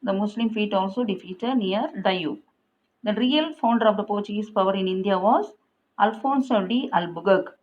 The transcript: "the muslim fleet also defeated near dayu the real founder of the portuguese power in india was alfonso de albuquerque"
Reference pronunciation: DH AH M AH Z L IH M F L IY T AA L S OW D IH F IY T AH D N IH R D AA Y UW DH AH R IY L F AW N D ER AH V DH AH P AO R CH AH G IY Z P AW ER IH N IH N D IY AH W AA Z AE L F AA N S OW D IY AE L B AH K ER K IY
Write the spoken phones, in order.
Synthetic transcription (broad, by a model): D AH M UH S L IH M F IY T AA L S OW D IH F IY T AH D N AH R D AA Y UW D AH R IY L F AW N D ER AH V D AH P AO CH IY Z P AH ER IH N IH N D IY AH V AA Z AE L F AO N S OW D IY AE L B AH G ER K